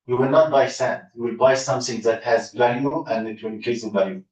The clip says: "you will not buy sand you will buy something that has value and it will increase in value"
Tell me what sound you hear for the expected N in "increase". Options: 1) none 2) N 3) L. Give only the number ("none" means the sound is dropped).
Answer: 1